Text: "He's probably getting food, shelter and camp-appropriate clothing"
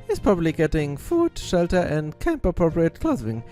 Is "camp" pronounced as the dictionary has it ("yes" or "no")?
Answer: yes